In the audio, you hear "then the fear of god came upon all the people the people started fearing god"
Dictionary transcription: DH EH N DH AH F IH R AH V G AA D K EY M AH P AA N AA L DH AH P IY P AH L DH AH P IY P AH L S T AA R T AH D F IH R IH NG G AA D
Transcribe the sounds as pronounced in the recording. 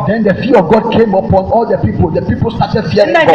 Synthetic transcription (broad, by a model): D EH N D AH F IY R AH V G AA D K EY M AH P AA N AA L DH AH P IY P AH L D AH P IY P AH L S T AA T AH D F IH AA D